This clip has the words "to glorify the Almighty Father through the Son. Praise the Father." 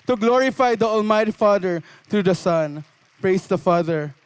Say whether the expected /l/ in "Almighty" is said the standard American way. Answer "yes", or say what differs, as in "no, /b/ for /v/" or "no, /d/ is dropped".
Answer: yes